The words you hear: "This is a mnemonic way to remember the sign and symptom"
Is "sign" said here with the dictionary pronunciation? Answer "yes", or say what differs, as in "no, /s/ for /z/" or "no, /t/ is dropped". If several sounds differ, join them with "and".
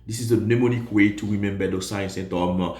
no, /n/ is dropped